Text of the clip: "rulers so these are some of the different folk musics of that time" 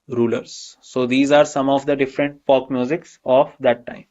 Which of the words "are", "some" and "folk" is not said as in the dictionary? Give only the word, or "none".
folk